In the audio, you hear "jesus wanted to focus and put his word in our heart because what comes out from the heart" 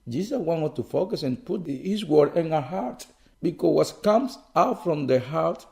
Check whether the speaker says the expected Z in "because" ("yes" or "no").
no